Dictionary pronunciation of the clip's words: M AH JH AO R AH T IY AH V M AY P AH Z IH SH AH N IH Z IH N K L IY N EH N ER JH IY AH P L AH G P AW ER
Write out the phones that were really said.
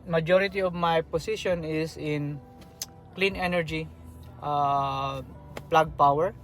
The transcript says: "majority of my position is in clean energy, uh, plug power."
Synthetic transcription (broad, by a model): M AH JH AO R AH T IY AH V M AY P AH S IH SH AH N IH S IH N K L IY N EH N ER JH IY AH P L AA G P AW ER